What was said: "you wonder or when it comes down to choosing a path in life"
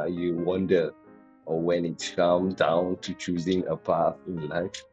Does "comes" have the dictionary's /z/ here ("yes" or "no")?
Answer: no